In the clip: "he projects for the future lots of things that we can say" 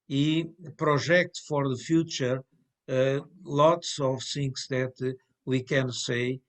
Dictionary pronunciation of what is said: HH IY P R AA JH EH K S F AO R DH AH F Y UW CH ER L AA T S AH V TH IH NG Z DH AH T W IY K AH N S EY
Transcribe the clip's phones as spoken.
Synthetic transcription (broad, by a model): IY P R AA ZH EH K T F AO R DH AH F Y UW CH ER L AA T S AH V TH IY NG S DH AH T W IY K AH N S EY